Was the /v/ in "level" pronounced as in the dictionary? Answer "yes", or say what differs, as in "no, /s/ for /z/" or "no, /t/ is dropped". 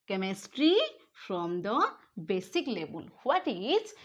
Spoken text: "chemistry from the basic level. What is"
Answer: no, /b/ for /v/